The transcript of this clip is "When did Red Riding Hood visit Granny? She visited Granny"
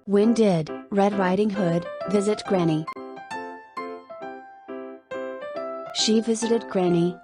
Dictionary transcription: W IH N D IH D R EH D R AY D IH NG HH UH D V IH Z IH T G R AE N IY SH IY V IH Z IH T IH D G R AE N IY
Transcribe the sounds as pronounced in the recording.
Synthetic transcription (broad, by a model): W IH N D IH D R EH D R AY D IH NG HH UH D V IH Z IH T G R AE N IY SH IY V IH Z IH T IH D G R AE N IY